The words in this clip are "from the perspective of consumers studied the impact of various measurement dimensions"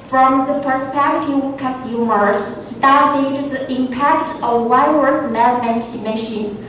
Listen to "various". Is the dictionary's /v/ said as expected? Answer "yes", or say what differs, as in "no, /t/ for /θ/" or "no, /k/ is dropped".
no, /w/ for /v/